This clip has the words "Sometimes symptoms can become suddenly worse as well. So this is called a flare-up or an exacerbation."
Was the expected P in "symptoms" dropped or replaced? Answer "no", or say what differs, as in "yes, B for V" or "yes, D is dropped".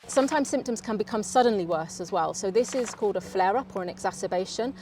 no